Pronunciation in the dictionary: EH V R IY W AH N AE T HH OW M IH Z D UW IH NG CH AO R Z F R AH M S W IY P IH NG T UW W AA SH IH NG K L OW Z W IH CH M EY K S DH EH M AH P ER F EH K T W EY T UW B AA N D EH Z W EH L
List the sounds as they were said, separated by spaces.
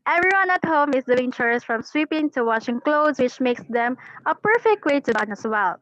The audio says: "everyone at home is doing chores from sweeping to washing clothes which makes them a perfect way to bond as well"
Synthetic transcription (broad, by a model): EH V R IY W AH N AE T HH OW M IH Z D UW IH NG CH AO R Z F R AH M S W IY P IH NG T UW W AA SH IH NG K L OW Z W IH CH M EY K S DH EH M AH P ER F EH K T W EY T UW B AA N EH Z W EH L